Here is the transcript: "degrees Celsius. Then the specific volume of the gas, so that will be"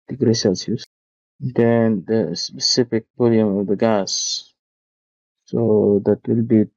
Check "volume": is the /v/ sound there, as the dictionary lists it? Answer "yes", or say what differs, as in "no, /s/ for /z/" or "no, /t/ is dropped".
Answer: no, /b/ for /v/